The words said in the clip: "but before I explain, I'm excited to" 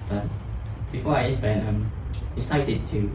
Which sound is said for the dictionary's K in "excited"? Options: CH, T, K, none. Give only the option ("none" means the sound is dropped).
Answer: none